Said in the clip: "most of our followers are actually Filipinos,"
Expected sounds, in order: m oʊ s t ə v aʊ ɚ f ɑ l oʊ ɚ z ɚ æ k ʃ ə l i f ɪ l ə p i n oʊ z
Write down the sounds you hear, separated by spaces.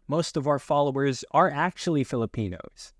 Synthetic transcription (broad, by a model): m oʊ s t ə v aʊ ɚ f ɑ l oʊ ɚ z ɚ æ k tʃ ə l i f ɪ l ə p i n oʊ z